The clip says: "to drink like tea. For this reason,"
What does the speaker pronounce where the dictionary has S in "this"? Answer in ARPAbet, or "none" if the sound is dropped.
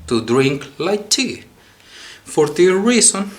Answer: none